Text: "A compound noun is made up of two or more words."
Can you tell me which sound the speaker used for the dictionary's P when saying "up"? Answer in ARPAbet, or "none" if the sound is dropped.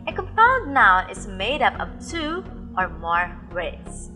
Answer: P